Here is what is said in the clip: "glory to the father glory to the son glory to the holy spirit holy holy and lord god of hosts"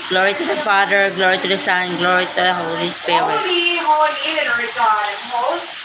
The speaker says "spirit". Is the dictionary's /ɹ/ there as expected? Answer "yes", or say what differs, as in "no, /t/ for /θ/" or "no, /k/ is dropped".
no, /ɹ/ is dropped